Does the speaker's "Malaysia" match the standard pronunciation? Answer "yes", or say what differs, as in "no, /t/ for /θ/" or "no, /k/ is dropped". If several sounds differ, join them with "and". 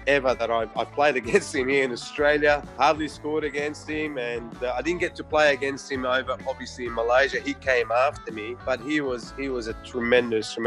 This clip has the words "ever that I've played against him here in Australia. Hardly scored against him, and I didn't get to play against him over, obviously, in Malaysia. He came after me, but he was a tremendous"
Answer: yes